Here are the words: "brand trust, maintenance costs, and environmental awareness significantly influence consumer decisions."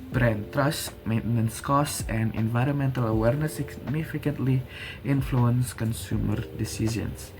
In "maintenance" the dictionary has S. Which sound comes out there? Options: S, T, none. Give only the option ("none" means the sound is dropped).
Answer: S